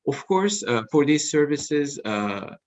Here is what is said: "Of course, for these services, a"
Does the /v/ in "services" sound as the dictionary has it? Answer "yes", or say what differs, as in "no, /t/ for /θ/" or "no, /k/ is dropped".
yes